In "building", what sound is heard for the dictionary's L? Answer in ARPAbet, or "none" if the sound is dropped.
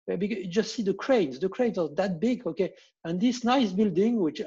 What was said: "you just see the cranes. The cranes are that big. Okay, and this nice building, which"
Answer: L